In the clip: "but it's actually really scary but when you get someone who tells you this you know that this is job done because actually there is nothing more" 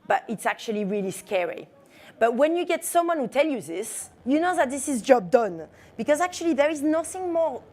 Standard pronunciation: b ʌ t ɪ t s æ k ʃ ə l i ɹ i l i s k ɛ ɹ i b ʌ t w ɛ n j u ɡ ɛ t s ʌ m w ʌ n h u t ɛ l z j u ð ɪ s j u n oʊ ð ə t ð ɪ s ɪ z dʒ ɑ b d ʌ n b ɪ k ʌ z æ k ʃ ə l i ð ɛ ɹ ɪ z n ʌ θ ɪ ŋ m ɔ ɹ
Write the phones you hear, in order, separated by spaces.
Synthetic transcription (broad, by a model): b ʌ t ɪ t s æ k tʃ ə l i ɹ i l i s k ɛ ɹ i b ʌ t w ɛ n j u ɡ ɛ t s ʌ m w ʌ n h u t ɛ l j u ð ɪ s j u n oʊ ð ə t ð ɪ s ɪ z dʒ ɑ b d ʌ n b ɪ k ʌ z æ k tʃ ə l i ð ɛ ɹ ɪ z n ʌ θ ɪ ŋ m ɔ ɹ